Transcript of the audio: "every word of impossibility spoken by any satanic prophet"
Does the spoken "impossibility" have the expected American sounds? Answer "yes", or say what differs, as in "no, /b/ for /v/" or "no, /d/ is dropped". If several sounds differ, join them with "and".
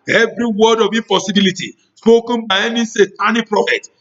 no, /m/ is dropped